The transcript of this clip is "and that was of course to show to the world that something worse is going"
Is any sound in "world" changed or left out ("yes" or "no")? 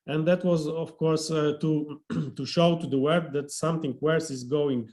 yes